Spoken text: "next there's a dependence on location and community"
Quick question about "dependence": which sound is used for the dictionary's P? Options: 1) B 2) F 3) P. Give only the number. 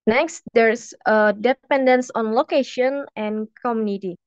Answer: 3